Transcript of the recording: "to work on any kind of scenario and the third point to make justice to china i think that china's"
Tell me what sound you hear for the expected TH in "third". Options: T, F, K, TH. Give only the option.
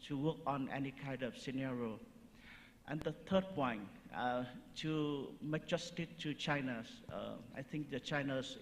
T